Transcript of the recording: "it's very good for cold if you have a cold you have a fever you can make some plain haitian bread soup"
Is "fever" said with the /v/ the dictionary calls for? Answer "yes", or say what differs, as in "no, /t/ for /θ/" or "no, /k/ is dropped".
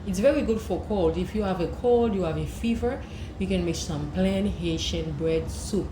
yes